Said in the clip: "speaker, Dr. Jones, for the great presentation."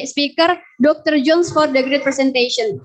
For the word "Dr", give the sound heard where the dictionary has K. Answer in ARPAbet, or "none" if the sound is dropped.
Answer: K